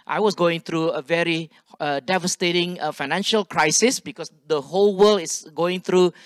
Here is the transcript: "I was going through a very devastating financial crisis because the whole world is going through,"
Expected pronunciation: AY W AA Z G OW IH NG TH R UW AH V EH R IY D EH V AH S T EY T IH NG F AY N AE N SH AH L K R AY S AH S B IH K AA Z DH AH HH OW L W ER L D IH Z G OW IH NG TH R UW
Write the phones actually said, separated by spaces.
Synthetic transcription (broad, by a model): AY W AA S G OW IH NG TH R UW AH V EH R IY D EH V AH S T EY T IH NG F AY N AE N SH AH L K R AY S AH S B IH K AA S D AH HH OW L W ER L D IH S G OW IH NG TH R UW